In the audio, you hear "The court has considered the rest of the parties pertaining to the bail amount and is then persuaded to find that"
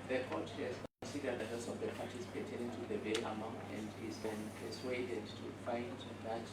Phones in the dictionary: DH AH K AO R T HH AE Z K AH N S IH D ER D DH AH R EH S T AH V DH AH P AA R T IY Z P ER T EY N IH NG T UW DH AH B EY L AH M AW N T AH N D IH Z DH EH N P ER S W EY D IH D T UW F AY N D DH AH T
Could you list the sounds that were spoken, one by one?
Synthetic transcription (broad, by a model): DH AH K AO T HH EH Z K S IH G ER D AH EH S AH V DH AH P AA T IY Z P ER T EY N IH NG T UW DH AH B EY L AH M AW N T AH N D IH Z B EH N P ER S W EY D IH D T UW F AY N D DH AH T